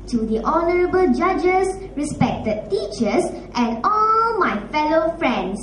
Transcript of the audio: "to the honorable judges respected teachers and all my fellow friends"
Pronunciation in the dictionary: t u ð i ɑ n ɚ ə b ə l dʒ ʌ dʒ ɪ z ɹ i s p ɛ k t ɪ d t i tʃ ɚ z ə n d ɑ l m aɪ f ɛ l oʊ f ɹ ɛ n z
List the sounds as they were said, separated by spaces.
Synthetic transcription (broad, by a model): t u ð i ɑ n ɚ ə b ə l dʒ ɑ dʒ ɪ s ɹ i s p ɛ k t ɪ d t i tʃ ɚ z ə n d ɑ l m aɪ f ɛ l oʊ f ɹ ɛ n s